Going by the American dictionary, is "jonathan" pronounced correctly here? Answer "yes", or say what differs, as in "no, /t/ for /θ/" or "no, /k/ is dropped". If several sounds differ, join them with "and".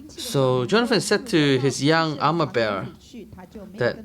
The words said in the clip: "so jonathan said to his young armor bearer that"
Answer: no, /f/ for /θ/